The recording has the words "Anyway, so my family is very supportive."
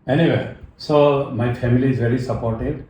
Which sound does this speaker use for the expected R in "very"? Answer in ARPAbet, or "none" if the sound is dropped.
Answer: L